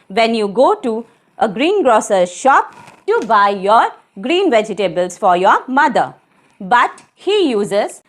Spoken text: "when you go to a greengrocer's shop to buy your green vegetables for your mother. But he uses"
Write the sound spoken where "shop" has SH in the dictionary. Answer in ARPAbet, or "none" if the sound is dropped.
SH